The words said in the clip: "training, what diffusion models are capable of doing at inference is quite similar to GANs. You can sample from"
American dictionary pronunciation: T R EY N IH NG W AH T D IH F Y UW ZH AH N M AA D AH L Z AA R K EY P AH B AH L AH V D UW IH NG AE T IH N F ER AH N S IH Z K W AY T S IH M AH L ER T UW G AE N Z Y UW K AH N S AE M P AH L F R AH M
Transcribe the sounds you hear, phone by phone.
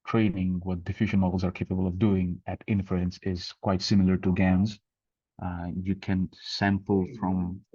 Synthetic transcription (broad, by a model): T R EY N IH NG W AH T D IH F Y UW ZH AH N M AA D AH L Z AA R K EY P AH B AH L AH V D UW IH NG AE T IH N F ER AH N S IH Z K W AY T S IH M L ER T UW G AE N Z Y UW K AH N S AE M P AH L F R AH M